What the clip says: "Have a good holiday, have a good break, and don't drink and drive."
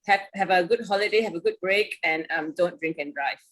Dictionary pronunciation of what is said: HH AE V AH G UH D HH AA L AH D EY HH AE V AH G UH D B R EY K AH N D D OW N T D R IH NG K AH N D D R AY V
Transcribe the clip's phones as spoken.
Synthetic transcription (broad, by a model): HH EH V AH G UH D HH AA L AH D EY HH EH V AH G UH D B R EY K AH N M D OW N T D R IH NG K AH N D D R AY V